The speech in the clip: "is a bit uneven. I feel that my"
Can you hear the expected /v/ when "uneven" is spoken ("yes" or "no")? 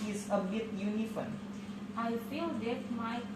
no